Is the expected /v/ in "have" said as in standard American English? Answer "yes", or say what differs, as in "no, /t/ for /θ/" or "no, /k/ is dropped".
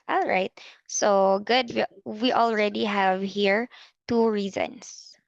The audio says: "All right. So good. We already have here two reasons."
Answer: yes